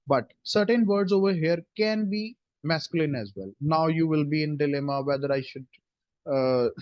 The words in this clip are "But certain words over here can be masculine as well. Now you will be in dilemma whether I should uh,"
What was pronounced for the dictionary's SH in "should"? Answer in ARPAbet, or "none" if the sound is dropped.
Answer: SH